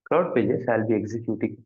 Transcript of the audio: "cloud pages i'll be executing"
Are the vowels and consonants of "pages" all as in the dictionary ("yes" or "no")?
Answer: no